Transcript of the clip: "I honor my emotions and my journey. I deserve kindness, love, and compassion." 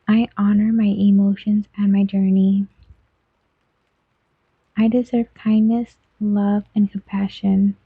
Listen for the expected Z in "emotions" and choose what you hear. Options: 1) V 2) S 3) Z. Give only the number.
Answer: 3